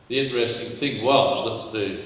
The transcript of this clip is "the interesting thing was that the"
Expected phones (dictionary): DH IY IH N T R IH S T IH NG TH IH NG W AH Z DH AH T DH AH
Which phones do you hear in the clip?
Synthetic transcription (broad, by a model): DH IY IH N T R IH S T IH NG TH IH NG W AH Z DH AH T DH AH